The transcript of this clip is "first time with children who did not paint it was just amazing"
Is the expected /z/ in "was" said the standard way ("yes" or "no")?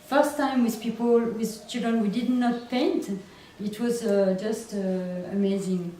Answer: yes